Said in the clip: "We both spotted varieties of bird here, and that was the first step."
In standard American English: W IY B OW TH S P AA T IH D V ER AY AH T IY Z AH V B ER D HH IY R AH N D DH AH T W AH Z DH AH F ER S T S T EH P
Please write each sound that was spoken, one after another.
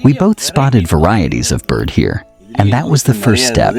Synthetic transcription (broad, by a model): W IY B OW TH S P AA T IH D V ER AY AH T IY Z AH V B ER D HH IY R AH N DH AH T W AH Z DH AH F ER S T S T EH P